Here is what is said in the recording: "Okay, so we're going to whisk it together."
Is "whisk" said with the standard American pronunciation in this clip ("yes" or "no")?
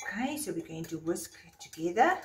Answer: yes